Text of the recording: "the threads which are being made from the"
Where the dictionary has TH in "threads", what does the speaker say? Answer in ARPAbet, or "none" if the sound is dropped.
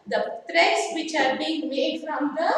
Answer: T